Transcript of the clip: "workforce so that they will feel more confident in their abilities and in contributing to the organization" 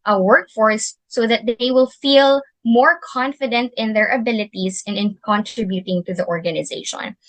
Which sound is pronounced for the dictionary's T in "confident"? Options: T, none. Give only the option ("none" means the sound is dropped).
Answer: T